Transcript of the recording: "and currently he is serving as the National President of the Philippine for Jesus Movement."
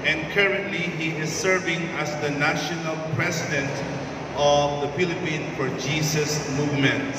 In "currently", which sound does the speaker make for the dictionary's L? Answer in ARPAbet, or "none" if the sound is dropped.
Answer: L